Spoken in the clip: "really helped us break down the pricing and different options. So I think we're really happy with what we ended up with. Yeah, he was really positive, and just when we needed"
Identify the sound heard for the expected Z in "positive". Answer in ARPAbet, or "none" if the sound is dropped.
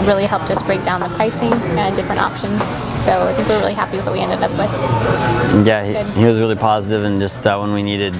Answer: Z